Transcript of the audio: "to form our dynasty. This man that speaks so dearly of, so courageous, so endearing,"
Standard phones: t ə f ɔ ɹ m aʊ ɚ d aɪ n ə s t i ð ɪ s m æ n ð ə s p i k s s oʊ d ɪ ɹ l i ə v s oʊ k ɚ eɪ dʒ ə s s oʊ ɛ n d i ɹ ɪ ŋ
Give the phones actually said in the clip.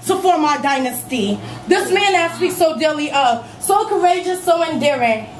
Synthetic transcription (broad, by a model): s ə p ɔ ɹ m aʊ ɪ d aɪ n ə s t i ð ɪ s m æ n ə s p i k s s oʊ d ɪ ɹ l i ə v s oʊ k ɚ eɪ dʒ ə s s oʊ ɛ n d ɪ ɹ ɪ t